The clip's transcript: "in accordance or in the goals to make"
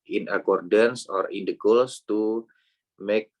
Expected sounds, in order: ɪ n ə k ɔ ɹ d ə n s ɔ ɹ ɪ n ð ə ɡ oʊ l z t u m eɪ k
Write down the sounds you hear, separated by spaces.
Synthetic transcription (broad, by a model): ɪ n ə k ɔ ɹ d ə n s ɔ ɹ ɪ n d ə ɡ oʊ l s t u m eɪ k